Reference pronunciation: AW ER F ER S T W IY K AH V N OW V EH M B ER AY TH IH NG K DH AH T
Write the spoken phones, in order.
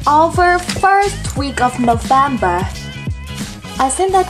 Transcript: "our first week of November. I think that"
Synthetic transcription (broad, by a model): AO ER F ER S T W IY K AH V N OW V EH M B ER AY S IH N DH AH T